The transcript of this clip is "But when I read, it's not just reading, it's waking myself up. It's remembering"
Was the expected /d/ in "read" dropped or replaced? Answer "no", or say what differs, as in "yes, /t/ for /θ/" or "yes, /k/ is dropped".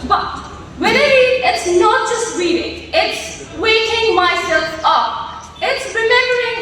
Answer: yes, /d/ is dropped